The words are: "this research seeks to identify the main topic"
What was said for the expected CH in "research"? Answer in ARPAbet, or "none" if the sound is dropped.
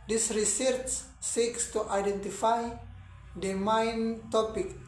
S